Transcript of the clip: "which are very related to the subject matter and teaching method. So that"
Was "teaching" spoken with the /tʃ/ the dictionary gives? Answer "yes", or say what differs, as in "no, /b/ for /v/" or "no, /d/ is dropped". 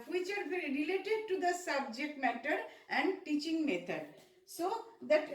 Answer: yes